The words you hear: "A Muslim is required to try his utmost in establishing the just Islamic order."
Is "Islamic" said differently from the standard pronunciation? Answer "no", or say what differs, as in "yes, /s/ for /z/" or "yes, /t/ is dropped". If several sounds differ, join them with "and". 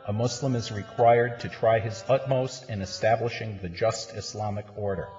yes, /s/ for /z/